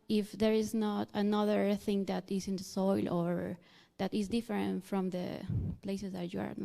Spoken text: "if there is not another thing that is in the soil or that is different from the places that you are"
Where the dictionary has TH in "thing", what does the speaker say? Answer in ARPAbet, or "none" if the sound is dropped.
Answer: TH